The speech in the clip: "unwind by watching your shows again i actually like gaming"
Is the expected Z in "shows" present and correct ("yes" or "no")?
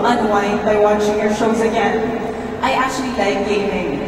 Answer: yes